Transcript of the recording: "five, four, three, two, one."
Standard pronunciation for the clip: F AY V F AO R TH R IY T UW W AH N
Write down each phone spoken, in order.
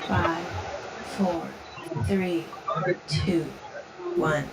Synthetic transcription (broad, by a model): F AY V F AO R TH R IY T UW W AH N